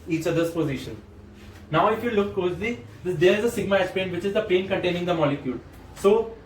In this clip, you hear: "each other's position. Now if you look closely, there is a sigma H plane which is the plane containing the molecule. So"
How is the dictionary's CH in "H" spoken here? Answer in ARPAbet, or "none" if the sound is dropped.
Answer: S